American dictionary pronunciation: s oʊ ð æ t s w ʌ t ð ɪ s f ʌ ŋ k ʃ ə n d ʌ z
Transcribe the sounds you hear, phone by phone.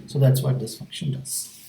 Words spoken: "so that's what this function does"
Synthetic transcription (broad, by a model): s oʊ ð æ t s w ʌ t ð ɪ s f ʌ ŋ k ʃ ə n d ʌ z